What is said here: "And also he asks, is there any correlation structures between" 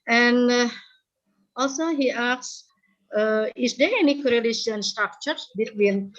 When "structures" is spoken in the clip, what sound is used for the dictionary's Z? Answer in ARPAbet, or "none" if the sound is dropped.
none